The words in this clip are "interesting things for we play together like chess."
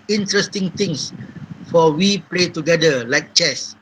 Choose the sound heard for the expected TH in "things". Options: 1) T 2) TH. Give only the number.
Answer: 1